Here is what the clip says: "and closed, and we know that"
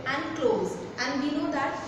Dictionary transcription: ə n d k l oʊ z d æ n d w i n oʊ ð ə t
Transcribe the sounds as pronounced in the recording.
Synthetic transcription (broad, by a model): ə n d k l oʊ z æ n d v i n oʊ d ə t